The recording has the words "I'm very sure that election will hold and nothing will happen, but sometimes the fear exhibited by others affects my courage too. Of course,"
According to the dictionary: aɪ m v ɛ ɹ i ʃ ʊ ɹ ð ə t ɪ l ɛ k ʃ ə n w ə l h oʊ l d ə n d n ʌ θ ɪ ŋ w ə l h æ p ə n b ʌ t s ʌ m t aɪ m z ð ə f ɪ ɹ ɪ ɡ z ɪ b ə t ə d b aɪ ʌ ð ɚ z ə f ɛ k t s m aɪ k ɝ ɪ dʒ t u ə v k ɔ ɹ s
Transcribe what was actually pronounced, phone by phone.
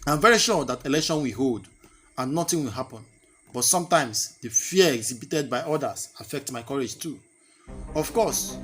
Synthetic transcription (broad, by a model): aɪ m v ɛ ɹ i ʃ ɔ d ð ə t ɪ l ɛ k ʃ ə n w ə h oʊ l d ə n n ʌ t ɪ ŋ w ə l h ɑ p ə n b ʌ t s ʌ m t aɪ m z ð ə f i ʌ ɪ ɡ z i b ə t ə d b aɪ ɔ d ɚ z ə f ɛ k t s m aɪ k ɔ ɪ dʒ t u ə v k ɔ s